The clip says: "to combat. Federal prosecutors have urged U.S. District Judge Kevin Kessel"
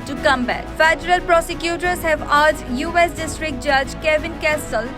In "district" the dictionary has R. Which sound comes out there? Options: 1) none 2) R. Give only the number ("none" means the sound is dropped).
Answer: 2